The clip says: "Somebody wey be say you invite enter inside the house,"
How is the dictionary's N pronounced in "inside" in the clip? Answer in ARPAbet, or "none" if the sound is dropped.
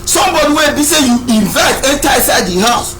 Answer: none